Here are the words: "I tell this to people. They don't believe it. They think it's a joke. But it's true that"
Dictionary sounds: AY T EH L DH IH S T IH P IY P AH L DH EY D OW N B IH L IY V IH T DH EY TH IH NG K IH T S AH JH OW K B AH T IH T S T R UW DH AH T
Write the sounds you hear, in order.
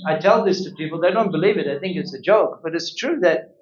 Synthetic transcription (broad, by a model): AY T EH L DH IH S T IH P IY P L DH EY D OW N B IH L IY V IH T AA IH TH IH NG K IH T S AH JH OW K B AH T IH T S T R UW DH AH T